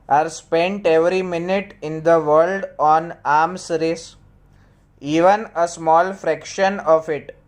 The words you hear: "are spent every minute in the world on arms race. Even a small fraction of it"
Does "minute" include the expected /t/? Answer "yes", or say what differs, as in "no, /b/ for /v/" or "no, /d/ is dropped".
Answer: yes